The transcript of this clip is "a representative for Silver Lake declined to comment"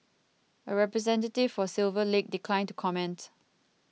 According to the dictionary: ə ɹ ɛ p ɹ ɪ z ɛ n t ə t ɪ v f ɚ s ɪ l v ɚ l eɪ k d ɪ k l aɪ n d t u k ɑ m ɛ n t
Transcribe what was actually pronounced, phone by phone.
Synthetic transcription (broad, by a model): ə ɹ ɛ p ɹ ɪ z ɛ n t ə t ɪ v f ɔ s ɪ l v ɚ l eɪ k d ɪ k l aɪ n t u k ɑ m ɛ n t